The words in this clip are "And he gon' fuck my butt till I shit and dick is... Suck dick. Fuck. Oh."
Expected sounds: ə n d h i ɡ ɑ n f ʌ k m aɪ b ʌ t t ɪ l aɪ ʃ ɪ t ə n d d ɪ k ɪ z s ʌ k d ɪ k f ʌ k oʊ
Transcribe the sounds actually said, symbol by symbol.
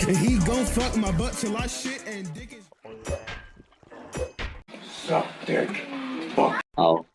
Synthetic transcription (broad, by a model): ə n h i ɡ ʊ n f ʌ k m aɪ b ʌ t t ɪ l aɪ ʃ ɪ t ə n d d ɪ k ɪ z s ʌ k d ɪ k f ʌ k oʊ